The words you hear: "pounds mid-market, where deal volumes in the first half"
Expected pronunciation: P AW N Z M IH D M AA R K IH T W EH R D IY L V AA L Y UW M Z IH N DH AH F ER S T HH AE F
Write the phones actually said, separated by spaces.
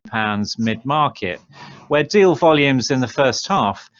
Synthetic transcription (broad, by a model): P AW N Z M IH D M AA K IH T W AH D IY L V AA L Y UW M Z IH N DH AH F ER S T HH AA F